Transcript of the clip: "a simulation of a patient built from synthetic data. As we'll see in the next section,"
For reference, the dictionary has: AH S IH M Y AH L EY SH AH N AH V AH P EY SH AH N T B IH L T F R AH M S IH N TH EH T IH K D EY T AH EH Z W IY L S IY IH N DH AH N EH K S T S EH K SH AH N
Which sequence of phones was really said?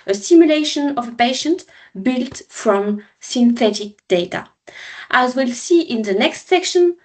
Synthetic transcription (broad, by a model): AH S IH M Y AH L EY SH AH N AH V AH P EY SH AH N T B IH L T F R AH M S IH N TH EH T IH K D EY T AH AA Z W IY L S IY IH N DH AH N EH K S T S EH K SH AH N